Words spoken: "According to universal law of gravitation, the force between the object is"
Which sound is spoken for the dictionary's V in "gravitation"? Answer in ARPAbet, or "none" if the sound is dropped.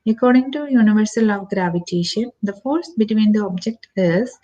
V